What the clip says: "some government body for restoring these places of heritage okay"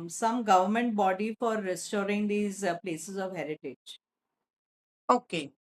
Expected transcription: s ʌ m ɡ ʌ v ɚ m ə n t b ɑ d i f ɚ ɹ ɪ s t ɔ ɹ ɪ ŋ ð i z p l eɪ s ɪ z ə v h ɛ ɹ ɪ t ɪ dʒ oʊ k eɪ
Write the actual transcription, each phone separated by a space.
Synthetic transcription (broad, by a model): s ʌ m ɡ ʌ v ɚ m ə n t b ɑ d i f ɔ ɹ ɪ s t ɔ ɹ ɪ ŋ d i z p l eɪ s ɪ z ə v h ɛ ɹ ɪ t ɪ dʒ oʊ k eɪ